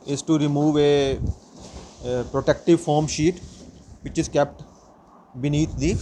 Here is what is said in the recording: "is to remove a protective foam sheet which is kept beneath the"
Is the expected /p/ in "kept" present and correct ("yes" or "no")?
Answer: yes